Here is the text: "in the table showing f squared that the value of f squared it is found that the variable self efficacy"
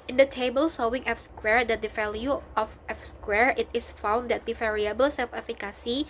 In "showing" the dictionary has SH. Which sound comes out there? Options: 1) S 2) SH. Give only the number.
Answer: 1